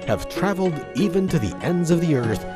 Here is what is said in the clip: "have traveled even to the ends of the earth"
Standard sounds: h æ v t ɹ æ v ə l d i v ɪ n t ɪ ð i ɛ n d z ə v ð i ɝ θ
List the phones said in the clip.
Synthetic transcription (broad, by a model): h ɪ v t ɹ æ v l d i v ɪ n t ɪ ð i ɛ n d z ə v ð i ɝ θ